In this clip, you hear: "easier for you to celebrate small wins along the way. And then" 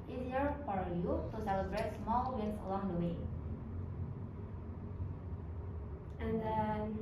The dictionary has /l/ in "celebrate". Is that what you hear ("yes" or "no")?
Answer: no